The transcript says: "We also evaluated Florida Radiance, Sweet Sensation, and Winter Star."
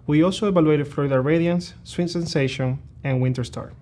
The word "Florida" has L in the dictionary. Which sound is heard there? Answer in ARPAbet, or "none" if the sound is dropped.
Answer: none